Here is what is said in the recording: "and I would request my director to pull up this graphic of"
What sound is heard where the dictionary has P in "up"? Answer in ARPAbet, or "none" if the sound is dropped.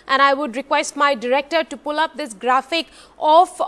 P